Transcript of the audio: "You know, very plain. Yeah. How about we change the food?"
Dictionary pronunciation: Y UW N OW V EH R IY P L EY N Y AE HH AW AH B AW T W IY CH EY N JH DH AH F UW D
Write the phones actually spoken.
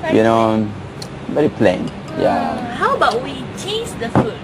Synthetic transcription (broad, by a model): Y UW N OW B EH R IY P L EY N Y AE HH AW AH B AW T W IY CH EY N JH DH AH F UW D